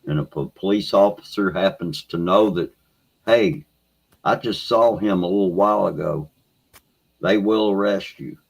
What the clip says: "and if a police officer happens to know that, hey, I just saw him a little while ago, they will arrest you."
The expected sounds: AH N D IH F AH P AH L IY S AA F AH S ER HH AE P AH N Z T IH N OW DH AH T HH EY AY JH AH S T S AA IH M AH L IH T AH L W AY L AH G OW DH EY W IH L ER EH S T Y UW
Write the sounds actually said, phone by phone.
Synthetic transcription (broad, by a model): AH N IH P AH P AH L IY S AA F AH S ER HH AE P N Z T IH N OW DH AH T HH EY AY JH AH S T S AA IH M AH L IH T L W AY L AH G OW DH EY W IH L ER EH S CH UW